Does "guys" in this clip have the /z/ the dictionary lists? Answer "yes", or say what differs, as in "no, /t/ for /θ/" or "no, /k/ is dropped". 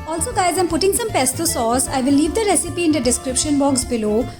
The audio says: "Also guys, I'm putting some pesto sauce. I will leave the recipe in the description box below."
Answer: yes